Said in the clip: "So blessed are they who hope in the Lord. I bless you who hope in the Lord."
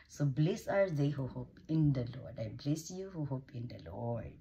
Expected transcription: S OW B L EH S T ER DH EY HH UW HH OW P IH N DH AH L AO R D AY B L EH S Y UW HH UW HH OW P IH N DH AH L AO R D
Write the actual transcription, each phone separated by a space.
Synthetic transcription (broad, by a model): S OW B L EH S AA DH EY HH UW HH OW P IH N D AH L AO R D AY B L EH S Y UW HH UW HH OW P IH N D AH L AO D